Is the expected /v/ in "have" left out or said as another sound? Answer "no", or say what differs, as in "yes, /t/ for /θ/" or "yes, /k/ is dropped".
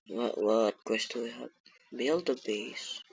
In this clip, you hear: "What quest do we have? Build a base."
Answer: yes, /b/ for /v/